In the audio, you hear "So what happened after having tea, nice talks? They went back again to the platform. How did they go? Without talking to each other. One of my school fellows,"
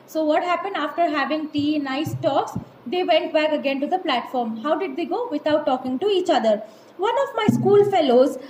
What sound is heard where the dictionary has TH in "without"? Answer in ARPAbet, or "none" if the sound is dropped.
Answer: T